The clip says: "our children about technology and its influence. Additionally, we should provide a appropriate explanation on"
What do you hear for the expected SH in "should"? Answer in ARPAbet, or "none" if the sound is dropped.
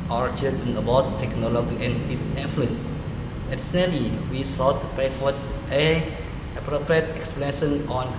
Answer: S